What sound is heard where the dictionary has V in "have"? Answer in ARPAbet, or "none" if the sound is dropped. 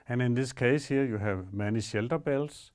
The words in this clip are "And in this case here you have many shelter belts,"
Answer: V